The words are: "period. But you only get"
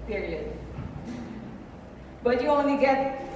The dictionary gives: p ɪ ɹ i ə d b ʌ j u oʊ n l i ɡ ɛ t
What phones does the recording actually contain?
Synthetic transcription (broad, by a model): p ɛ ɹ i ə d b ʌ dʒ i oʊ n i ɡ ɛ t